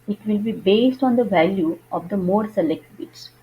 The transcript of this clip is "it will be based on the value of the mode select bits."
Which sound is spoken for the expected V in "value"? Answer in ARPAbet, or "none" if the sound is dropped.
V